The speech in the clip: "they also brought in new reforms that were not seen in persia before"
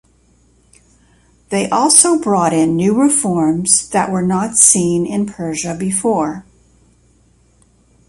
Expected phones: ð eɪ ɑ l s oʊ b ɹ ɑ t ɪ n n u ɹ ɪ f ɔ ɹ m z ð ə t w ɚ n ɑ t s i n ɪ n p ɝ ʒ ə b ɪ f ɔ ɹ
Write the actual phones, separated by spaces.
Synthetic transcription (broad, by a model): ð eɪ ɑ l s oʊ b ɹ ɑ t ɪ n n u ɹ ɪ f ɔ ɹ m z ð ə t w ɚ n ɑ t s i n ɪ n p ɝ ʒ ə b ɪ f ɔ ɹ